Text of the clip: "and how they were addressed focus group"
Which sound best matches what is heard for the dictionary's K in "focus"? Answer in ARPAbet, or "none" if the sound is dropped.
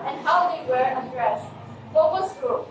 none